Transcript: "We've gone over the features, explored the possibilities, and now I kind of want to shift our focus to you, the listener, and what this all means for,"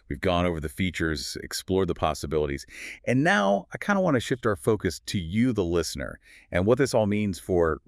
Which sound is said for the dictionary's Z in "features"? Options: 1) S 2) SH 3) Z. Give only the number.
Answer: 3